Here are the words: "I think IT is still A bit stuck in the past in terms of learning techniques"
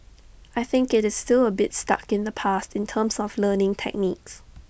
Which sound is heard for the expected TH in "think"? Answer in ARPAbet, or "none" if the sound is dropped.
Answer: TH